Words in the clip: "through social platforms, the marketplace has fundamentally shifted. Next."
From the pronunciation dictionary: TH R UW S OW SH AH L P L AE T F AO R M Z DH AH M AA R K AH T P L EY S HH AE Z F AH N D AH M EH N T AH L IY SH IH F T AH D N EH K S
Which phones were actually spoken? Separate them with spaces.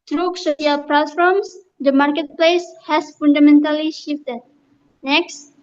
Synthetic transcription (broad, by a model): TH R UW S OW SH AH L P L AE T F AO R M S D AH M AA R K AH T P L EY S HH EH S F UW N D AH M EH N T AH L IY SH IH F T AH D N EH K S